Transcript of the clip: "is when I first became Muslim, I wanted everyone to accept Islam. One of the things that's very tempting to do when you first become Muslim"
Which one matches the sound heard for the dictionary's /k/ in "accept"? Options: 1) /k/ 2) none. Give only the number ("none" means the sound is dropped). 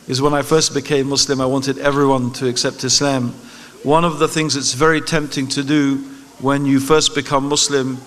1